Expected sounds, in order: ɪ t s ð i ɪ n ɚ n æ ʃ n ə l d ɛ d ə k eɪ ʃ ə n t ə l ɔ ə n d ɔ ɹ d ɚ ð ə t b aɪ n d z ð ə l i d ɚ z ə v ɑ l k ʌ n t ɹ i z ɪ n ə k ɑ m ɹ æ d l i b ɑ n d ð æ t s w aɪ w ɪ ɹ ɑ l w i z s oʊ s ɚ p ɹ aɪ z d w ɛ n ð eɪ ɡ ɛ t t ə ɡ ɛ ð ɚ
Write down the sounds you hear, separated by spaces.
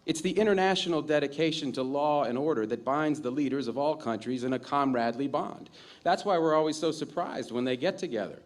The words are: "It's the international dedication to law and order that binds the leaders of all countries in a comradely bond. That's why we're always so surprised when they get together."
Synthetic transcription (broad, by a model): ɪ t s ð i ɪ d ɚ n æ ʃ n l d ɛ d ə k eɪ ʃ ə n t ə l ɔ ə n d ɔ ɹ d ɚ ð ə t b aɪ n d z ð ə l i d ɚ z ə v ɑ l k ʌ n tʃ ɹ i z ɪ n ə k ɑ m ɹ æ d l i b ɑ n d ð æ t s w aɪ w ɪ ɹ ɑ l w i z s oʊ s ɚ p ɹ aɪ z d w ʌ n ð eɪ ɡ ɛ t t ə ɡ ɛ ð ɚ